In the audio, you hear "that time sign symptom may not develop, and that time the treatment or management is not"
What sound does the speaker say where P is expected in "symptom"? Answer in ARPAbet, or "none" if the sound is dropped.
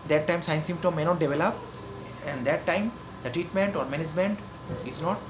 none